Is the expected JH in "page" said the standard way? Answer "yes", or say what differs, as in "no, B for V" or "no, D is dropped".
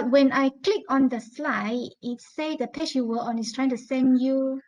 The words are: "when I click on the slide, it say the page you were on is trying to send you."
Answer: no, SH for JH